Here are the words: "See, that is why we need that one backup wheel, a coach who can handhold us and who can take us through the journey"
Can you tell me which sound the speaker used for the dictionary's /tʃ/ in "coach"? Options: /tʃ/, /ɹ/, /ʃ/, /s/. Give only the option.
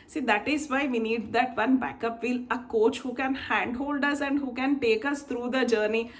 /tʃ/